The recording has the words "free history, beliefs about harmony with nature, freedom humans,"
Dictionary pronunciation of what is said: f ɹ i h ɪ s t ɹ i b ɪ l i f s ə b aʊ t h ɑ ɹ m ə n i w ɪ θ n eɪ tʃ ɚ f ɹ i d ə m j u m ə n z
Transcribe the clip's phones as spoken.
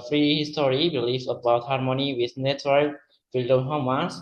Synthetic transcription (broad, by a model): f ɹ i h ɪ s t ɹ i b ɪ l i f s ə b aʊ t h ɑ ɹ m ə n i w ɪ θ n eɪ s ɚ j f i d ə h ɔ m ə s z